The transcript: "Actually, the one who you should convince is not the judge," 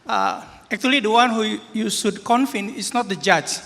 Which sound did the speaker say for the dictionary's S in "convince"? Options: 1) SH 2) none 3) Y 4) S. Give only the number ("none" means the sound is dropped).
2